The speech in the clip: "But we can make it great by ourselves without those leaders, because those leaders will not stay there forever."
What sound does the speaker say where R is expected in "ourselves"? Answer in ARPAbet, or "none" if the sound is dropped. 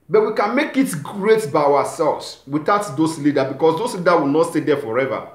W